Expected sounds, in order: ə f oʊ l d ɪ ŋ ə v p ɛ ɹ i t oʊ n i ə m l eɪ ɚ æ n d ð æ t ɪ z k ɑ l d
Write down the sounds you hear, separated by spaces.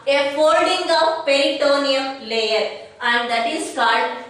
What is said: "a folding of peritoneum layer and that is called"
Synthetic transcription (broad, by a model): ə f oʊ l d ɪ ŋ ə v p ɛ l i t oʊ n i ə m l eɪ ɚ æ n d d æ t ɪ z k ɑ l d